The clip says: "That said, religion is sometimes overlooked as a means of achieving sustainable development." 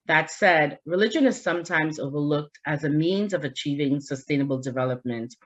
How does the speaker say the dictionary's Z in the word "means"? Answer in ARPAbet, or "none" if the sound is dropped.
Z